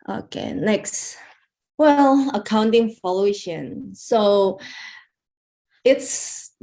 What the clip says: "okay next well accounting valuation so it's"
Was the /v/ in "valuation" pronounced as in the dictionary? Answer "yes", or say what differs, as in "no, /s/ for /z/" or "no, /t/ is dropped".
no, /f/ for /v/